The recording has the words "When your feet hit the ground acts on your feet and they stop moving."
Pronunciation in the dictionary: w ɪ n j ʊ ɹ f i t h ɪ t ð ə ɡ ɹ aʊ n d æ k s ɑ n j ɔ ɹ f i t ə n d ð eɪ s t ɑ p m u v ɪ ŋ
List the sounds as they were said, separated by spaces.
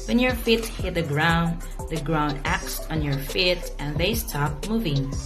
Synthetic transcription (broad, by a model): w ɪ n j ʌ ɹ f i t h ɪ t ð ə ɡ ɹ aʊ n d æ k s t n j ɔ ɹ f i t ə n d ð eɪ s t ɑ p m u v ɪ ŋ